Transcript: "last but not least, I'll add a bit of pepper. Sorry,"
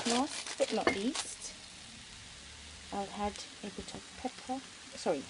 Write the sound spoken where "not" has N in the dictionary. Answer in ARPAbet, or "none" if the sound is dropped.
L